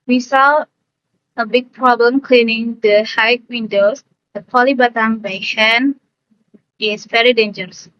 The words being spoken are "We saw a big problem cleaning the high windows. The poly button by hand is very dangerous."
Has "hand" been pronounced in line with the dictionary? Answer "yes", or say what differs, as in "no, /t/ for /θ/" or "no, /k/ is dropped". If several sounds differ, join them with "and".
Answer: no, /d/ is dropped